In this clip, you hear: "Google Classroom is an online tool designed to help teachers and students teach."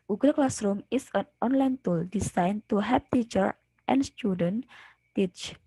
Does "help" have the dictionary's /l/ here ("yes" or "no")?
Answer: no